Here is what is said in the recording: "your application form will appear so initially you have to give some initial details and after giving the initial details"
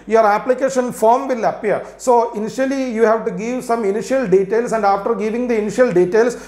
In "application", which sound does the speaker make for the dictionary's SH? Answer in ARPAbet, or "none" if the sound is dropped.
SH